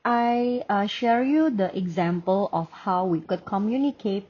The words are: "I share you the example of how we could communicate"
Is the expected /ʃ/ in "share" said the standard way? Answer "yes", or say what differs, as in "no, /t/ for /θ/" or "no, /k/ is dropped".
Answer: yes